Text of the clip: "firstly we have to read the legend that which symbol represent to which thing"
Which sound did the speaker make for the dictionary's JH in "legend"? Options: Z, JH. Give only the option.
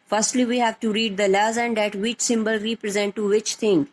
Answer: Z